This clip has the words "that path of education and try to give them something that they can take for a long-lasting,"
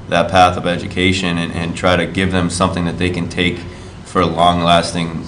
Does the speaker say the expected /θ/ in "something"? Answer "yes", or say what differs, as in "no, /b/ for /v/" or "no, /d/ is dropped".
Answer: yes